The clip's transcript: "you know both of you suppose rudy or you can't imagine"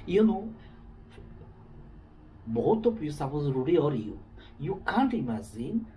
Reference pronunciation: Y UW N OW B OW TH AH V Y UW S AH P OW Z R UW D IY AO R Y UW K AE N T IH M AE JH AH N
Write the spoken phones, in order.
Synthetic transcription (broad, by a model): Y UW N OW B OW T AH P Y UW S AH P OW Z R UW D IY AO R Y UW K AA N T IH M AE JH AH N